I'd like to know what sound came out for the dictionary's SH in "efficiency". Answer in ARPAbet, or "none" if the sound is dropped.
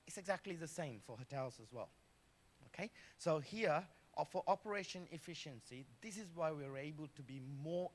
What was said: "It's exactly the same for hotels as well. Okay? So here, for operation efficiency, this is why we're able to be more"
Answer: SH